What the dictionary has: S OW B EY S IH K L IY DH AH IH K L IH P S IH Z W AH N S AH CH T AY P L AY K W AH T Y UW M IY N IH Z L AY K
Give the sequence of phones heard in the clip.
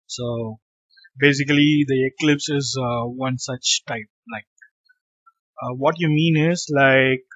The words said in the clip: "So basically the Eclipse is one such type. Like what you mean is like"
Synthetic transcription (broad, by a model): S OW B EY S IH K L IY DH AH IH K L IH P S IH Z W AH N S AH CH T AY P L AY K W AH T Y UW M IY N IH Z L AY K